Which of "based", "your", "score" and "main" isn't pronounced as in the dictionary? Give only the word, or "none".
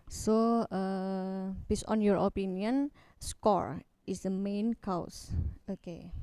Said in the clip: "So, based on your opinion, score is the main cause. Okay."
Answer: based